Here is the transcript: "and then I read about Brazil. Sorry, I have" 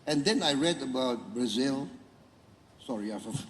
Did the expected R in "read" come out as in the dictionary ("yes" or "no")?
yes